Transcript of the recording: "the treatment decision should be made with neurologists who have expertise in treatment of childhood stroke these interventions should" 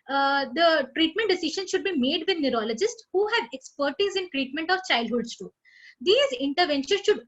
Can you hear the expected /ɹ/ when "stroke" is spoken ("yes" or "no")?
no